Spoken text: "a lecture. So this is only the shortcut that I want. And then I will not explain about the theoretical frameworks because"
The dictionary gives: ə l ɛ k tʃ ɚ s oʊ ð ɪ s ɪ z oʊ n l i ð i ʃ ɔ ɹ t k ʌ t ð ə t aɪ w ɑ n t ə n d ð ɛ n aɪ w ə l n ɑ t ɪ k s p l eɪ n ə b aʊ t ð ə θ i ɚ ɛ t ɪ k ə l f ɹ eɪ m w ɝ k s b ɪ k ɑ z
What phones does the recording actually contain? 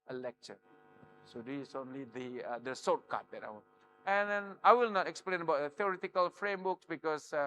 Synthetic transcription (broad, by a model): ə l ɛ k tʃ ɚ s oʊ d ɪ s oʊ n l i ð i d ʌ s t k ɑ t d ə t aɪ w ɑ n ə n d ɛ n aɪ w ə l n ɑ t ɪ k s p l eɪ n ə b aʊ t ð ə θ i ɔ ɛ t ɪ k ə l f ɹ eɪ m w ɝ k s b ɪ k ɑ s